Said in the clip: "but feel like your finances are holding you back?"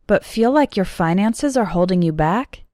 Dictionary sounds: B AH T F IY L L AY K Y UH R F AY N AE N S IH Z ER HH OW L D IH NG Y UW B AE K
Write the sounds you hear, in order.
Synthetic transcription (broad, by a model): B AH T F IY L L AY K Y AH R F AY N AE N S IH Z ER HH OW L D IH NG Y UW B AE K